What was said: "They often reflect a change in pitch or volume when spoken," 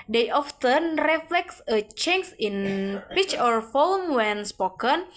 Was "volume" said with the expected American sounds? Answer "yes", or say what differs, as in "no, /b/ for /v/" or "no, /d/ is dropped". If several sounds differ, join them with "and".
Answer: no, /f/ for /v/